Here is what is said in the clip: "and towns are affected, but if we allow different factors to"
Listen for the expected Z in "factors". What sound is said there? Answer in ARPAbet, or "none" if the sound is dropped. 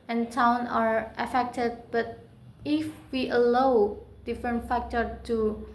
none